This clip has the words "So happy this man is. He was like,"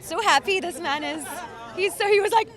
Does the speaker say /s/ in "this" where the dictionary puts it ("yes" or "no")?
yes